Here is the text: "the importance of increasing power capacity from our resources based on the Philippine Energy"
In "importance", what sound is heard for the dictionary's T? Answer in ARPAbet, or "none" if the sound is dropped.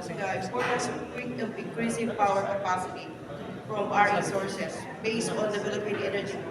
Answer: S